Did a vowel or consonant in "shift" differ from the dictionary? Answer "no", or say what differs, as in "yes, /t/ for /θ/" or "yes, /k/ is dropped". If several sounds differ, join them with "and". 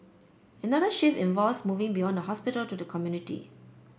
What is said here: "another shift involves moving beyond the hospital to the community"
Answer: yes, /t/ is dropped